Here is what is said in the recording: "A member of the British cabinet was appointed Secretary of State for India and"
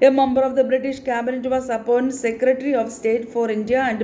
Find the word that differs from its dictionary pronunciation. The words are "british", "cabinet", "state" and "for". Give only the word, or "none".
none